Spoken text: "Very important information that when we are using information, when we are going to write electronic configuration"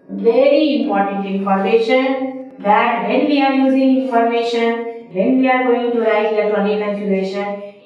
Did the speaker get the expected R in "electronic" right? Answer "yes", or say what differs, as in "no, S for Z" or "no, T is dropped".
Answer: no, R is dropped